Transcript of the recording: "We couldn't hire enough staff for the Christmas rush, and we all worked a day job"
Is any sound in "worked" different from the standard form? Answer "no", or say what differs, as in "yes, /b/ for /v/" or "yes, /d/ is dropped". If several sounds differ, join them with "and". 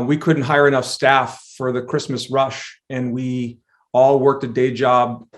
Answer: no